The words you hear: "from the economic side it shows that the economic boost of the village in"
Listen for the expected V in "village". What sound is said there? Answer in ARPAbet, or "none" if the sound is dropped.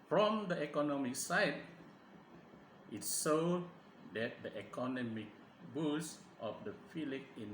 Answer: F